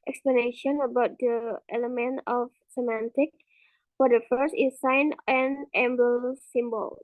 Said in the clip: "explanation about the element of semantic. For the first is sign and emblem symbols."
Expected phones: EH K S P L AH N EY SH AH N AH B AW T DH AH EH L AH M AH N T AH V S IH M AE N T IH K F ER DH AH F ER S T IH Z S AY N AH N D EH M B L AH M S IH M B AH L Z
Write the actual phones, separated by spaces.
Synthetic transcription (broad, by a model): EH K S P L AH N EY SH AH N AH B AW T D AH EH L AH M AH N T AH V S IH M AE N T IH K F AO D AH F ER S T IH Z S AY N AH N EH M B AH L S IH M B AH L